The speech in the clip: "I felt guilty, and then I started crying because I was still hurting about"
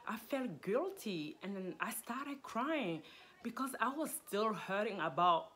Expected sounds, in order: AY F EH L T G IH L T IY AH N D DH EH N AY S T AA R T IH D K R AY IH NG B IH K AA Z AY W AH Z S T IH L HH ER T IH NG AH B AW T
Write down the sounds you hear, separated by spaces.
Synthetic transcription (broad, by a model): AY F EH L T G IH L T IY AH N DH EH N AY S T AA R T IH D K R AY IH NG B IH K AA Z AY W AH Z S T IH L HH ER T IH NG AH B AW T